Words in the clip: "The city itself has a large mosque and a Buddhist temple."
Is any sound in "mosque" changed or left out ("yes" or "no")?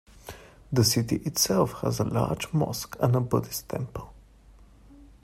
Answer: no